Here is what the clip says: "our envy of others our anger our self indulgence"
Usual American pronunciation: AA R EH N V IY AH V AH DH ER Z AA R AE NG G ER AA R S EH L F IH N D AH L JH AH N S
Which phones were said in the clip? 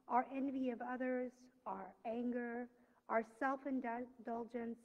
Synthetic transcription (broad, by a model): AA R EH N V IY AH V AH DH ER Z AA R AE NG G ER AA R S EH L F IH N D AH L JH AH N S